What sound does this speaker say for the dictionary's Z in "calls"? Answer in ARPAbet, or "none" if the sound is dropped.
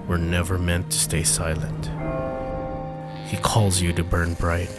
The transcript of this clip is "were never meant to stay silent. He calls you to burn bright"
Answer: Z